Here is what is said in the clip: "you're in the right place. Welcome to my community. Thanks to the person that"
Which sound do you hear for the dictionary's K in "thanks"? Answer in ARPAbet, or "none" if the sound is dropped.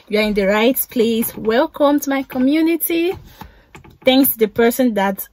K